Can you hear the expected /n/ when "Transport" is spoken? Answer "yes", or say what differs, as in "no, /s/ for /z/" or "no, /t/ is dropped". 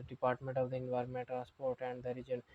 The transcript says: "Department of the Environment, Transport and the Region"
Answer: no, /n/ is dropped